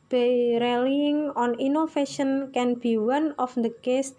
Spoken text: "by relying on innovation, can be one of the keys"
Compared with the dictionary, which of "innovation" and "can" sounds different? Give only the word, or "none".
innovation